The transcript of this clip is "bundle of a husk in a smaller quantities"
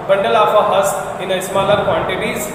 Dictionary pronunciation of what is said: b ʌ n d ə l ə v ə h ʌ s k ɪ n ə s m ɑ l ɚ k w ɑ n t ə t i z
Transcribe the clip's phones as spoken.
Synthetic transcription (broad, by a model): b ʌ n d ə l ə f ə h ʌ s ɪ n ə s m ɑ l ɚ k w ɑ n t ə t i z